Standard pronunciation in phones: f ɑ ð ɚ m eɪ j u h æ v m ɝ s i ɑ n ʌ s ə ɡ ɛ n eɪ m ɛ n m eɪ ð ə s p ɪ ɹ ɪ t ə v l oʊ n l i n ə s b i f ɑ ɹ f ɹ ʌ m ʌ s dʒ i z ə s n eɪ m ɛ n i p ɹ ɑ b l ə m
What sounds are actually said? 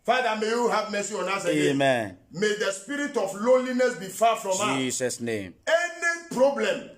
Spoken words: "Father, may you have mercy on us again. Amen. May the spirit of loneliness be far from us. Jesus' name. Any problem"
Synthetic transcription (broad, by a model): f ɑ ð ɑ m eɪ j u h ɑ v m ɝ s i ɑ n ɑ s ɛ eɪ m ɛ n m eɪ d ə s p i ɹ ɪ t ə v l oʊ l i n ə s b i f ɑ f ɹ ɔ m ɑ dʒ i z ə s n eɪ m ɛ n i p ɹ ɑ b l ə m